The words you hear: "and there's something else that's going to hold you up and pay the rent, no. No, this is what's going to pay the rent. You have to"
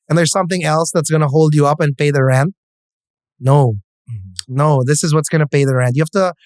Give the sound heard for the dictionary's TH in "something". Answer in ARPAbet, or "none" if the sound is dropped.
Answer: TH